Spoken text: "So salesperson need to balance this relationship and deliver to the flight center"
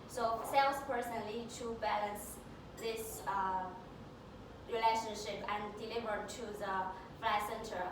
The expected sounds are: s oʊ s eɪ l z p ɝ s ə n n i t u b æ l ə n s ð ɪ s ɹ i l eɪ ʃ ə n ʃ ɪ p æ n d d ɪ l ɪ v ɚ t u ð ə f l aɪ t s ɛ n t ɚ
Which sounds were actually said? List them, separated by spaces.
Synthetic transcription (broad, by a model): s oʊ s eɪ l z p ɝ s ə n l i t u b æ l ə n s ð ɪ s ɹ i l eɪ ʃ ə n ʃ ɪ p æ n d d ɪ l ɪ v ɚ t u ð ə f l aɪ s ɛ n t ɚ